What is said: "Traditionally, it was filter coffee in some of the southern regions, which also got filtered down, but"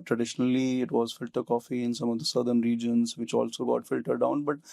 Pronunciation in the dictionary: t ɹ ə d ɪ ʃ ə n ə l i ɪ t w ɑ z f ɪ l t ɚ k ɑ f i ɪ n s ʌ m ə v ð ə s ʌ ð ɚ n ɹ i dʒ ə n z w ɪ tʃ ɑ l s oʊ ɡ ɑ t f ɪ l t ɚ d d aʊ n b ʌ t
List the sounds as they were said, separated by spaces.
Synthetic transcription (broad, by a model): t ɹ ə d ɪ ʃ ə n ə l i ɪ t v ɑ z f ɪ l t ɚ k ɑ f i ɪ n s ʌ m ə v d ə s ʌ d ɚ n ɹ i dʒ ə n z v ɪ tʃ ɑ l s oʊ ɡ ɑ t f ɪ l t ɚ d d aʊ n b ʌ t